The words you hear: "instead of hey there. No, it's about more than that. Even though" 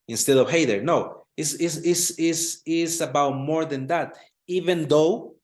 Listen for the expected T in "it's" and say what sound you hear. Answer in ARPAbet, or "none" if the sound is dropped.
S